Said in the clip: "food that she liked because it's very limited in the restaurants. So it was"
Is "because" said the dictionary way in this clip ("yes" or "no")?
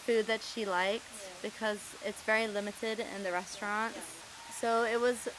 yes